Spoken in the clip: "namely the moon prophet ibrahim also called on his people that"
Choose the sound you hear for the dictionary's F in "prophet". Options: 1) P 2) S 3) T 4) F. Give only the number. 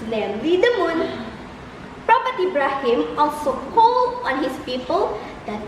1